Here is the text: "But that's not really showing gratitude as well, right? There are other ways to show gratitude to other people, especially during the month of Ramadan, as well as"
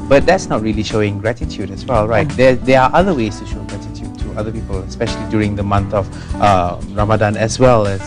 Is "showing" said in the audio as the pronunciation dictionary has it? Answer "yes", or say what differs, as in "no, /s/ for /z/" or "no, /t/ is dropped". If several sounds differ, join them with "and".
yes